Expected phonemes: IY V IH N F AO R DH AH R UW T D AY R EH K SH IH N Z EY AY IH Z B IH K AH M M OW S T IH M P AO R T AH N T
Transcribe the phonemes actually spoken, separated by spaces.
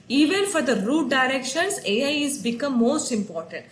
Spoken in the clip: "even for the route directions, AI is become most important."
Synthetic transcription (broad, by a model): IY V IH N F AO R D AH R UW T D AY R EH K SH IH N S EY AY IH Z B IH K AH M M OW S T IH M P AO R T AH N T